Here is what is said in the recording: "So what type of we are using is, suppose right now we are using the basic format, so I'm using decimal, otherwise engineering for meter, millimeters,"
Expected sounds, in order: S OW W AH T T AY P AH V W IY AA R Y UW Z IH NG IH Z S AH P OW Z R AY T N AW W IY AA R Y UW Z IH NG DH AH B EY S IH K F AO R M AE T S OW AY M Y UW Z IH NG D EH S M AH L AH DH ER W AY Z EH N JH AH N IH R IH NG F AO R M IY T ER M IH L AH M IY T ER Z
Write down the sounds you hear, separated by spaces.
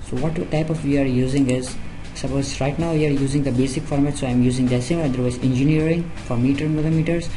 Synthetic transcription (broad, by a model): S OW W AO T T AY P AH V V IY AA R Y UW Z IH NG IH Z S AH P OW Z R AY T N AW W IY AA R Y UW Z IH NG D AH B EY S IH K F AO R M AE T S OW AY M Y UW Z IH NG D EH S AH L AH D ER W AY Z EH N JH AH N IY R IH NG F AO R M IY T ER M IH L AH M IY T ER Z